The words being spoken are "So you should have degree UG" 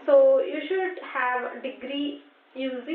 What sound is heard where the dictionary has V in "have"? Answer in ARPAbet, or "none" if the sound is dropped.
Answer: V